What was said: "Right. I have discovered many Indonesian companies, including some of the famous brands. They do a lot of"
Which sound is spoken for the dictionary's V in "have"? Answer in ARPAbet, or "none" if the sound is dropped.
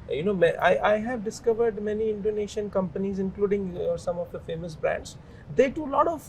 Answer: V